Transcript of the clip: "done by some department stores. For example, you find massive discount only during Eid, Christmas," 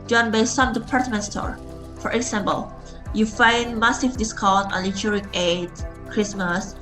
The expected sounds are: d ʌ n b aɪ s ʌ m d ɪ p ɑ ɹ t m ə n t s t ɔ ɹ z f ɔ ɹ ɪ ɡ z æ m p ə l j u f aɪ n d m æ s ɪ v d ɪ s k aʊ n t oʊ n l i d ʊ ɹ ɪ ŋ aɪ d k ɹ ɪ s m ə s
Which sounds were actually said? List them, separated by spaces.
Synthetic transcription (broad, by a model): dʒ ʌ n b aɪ s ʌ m d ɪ p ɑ ɹ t m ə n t s t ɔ ɹ f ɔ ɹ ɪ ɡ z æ m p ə l j u f aɪ n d m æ s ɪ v d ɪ s k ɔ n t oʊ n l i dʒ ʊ ɹ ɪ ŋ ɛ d k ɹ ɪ s m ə s